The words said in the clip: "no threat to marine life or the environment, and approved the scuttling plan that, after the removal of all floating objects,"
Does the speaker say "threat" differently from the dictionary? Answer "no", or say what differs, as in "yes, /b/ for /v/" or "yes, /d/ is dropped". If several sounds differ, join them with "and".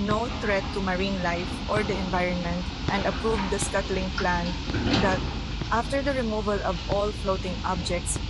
yes, /t/ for /θ/